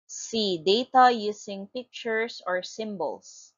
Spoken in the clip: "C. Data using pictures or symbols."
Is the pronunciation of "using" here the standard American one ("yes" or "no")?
no